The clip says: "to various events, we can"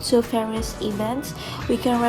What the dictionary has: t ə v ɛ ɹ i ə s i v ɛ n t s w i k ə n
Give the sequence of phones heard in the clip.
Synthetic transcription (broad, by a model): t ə f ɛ ɹ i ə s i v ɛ n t s w i k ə n